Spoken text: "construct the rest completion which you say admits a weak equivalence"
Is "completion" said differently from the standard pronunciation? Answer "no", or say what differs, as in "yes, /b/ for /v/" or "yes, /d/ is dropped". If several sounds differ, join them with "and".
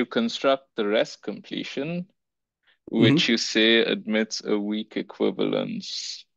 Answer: no